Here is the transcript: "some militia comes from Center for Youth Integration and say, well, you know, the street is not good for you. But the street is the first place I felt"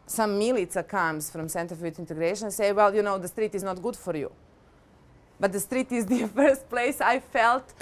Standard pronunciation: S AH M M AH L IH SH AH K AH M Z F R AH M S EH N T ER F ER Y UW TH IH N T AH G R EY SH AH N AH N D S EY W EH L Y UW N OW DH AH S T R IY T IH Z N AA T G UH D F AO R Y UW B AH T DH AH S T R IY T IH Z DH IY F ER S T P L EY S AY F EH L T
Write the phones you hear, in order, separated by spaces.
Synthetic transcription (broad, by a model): S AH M M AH L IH S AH K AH M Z F R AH M S EH N T ER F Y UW T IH N T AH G R EY AH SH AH N S EY W EH L Y UW N OW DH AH S T R IY T IH Z N AA T G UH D F AO R Y UW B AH T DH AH S T R IY T IH Z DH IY F ER S T P L EY S AY F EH L T